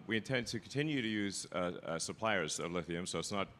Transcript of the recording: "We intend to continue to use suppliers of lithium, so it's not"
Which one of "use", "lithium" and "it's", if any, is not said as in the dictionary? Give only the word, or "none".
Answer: none